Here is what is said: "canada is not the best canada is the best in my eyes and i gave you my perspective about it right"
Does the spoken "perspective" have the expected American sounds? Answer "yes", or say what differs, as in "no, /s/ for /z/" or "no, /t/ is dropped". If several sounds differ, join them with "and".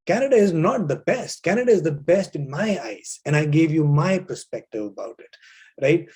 yes